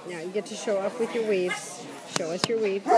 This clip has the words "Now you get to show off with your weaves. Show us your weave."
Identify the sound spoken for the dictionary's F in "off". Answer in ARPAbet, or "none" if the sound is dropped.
P